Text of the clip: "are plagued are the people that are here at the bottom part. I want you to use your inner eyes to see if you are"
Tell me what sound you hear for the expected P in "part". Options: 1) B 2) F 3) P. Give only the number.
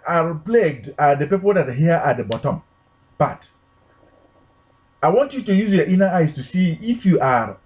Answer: 1